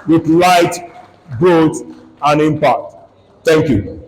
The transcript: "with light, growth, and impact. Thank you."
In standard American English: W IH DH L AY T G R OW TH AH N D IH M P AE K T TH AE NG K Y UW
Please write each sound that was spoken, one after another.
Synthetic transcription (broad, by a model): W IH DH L AY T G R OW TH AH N IH M P AE K T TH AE NG K Y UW